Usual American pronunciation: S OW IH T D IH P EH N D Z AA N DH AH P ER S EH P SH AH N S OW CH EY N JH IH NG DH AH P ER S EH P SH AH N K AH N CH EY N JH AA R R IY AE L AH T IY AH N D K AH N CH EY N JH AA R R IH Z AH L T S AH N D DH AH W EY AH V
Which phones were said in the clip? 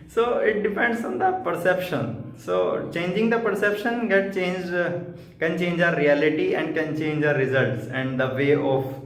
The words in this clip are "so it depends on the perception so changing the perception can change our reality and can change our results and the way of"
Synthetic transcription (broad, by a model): S OW IH T D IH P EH N D S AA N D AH P ER S EH P SH AH N S OW CH EY N JH IH NG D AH P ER S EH P SH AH N K AH N CH EY N JH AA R R IY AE L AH T IY AH N D K AH N CH EY N JH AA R R IH Z AH L T S AH N D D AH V EY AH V